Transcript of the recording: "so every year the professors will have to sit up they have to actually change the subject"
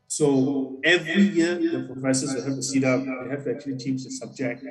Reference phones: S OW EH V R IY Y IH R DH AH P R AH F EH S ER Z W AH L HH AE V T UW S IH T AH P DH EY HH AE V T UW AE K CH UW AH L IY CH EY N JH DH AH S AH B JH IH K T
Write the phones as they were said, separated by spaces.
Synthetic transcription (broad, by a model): S OW EH V R IY Y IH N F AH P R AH IH S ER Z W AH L HH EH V T UW S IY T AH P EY HH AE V T UW AE K CH UW AH L IY CH EY N JH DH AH S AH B JH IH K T